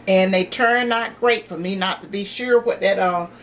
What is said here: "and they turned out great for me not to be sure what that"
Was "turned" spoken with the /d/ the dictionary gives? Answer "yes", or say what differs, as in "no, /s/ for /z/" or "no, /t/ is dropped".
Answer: no, /d/ is dropped